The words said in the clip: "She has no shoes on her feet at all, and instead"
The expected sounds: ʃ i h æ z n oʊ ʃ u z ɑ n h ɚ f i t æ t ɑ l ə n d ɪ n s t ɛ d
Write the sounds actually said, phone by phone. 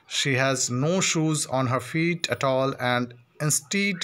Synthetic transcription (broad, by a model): ʃ i h æ z n oʊ ʃ u z ɑ n h ɚ f i t æ t ɑ l ə n d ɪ n s t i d